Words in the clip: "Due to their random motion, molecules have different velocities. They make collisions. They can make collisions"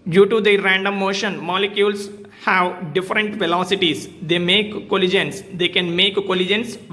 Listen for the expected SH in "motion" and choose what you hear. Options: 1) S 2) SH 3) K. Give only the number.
2